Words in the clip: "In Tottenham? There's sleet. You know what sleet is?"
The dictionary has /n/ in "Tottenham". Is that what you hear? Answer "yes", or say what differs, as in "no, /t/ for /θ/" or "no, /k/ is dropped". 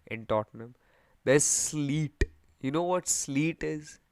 yes